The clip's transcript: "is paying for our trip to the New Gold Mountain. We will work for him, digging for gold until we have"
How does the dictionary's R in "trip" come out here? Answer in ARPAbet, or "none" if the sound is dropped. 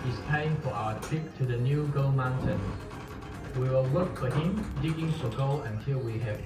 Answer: none